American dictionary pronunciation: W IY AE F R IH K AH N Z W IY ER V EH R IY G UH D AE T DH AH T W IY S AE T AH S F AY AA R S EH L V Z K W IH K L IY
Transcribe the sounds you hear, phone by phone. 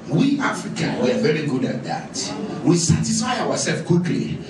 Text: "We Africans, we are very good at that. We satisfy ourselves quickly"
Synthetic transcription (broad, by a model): W IY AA F R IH K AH N W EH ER V EH R IY G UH D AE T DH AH T W IY S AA T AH S F AY AA W S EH L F K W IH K L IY